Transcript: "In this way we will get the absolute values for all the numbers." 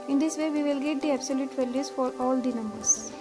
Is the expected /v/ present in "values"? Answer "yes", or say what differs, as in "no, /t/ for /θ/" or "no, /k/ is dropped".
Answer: no, /f/ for /v/